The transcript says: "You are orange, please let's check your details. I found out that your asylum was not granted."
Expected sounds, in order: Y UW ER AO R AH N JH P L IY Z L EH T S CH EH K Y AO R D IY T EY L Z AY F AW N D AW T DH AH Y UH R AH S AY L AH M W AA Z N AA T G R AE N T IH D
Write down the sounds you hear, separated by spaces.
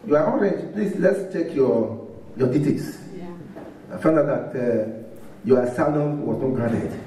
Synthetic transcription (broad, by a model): Y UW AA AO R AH JH P L IY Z L EH T S CH EH K Y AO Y D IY T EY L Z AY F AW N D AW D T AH Y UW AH S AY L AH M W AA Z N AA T G R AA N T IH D